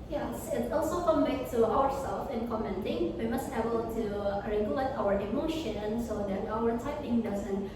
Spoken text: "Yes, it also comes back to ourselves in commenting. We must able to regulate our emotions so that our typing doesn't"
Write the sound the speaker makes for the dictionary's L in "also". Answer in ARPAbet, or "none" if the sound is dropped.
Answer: L